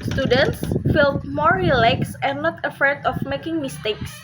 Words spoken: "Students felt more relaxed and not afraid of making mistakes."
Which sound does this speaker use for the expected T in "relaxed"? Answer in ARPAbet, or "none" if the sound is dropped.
none